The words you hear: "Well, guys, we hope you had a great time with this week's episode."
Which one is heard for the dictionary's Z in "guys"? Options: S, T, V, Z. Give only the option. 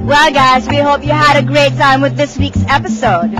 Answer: Z